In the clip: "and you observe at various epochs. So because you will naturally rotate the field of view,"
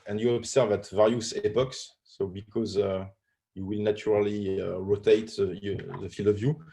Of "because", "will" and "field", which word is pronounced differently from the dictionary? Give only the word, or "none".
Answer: none